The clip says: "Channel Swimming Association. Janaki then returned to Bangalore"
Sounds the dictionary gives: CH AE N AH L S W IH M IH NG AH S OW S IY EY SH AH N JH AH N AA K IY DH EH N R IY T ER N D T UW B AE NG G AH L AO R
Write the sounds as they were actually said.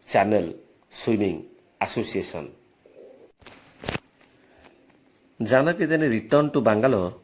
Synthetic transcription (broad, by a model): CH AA N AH L S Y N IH NG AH S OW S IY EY S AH N JH AH N AA K IY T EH N R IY T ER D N T UW B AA NG G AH L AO